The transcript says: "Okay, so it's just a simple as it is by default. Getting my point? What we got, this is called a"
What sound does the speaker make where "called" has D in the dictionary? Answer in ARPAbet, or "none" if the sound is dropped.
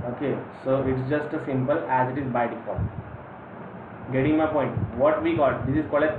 none